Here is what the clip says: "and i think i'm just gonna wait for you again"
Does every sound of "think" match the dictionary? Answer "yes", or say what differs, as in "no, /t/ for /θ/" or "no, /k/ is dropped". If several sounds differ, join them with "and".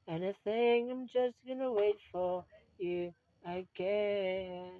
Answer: no, /k/ is dropped